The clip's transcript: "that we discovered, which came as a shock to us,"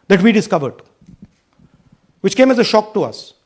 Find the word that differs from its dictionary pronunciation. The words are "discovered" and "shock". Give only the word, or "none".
none